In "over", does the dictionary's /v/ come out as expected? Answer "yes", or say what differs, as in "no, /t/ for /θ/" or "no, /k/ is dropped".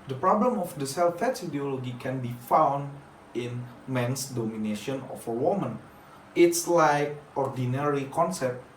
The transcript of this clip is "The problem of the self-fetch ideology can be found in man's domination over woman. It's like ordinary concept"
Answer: no, /f/ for /v/